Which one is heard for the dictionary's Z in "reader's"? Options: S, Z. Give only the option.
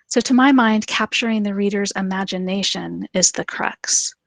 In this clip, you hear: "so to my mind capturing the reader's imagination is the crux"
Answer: Z